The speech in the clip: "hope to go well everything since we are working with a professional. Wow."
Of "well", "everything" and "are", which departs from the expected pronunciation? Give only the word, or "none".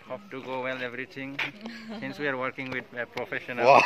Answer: everything